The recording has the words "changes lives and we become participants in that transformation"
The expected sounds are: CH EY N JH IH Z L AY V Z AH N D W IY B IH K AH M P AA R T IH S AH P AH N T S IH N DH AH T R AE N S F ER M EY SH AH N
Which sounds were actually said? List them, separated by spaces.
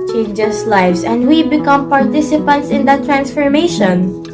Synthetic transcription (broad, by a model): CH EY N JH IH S L AY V S AH N D W IY B IH K AH M P AA R T IH S AH P AH N T S IH N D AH T R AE N S F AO M EY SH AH N